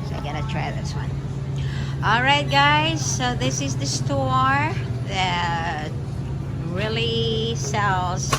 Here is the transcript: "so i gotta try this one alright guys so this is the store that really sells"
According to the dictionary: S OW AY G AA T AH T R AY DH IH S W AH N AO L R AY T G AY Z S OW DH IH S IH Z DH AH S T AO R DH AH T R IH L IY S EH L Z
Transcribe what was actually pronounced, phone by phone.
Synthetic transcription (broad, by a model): S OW AY G AA T AH T R AY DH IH S W AH N AO L R AY T G AY Z S OW DH IH S IH Z DH AH S T AO R DH AH T R IH L IY S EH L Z